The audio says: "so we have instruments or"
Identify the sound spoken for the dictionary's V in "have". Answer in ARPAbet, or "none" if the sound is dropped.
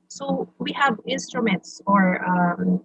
V